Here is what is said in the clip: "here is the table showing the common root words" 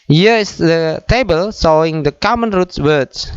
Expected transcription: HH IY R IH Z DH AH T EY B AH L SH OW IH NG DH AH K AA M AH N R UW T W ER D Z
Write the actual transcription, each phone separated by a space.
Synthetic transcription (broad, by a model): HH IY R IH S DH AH T EY B AH L S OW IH NG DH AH K AA M AH N R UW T W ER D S